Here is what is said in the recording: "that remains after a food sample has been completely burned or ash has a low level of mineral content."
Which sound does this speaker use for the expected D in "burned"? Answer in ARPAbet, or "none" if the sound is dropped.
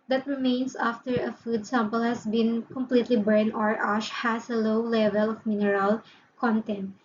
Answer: none